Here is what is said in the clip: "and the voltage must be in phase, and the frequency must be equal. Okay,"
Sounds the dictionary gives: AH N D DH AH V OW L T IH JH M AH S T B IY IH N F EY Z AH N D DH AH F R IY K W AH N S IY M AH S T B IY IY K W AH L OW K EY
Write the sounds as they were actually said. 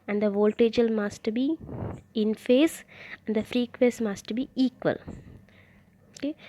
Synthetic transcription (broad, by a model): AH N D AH V OW L T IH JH M AH S T B IY IH N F EY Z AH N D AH F R IY K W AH S M AH S T B IY IY K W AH L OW K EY